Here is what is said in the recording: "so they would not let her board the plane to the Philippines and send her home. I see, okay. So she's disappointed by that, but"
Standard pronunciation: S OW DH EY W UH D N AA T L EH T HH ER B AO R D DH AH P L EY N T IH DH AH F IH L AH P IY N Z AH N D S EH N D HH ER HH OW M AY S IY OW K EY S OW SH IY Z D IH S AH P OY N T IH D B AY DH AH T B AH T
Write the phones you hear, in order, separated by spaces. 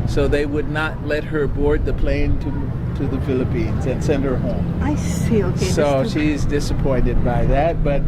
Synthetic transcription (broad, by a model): S OW DH EY W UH D N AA T L EH T HH ER B AO R D DH AH P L EY N T IH DH AH F IH L AH P IY N Z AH N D S EH N D HH ER HH OW M AY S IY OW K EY S OW SH IY Z D IH S AH P OY N T IH D B AY DH AH T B AH T